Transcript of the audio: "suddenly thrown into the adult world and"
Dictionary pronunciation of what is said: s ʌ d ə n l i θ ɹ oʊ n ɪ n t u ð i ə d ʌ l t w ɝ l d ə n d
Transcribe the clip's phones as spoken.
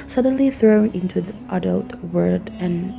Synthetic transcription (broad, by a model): s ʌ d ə n l i θ ɹ oʊ n ɪ n t u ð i ə d ʌ l t w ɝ d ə n